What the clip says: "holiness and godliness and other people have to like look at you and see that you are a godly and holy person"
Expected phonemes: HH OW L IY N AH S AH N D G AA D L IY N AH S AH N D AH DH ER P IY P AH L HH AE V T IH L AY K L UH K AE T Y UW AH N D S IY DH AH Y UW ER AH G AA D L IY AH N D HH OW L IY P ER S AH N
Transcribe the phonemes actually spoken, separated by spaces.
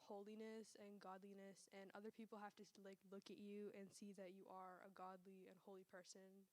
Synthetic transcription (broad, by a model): HH OW L IY N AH S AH N G AA D L IY N AH S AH N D AH DH ER P IY P L HH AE F T IH L AY K L UH K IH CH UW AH N S IY DH AH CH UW ER AH G AA D L IY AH N HH OW L IY P ER S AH N